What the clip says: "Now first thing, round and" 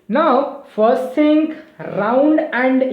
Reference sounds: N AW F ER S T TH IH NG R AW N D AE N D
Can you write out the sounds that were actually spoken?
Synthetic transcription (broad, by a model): N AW F ER S T S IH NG R AW N D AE N D